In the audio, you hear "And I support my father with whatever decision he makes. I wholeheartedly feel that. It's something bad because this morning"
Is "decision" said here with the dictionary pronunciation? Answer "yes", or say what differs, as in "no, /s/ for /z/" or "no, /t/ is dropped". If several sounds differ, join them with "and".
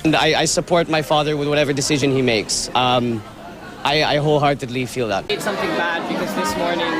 yes